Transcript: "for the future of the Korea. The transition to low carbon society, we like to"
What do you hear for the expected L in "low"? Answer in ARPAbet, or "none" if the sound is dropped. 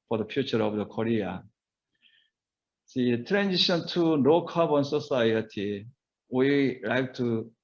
N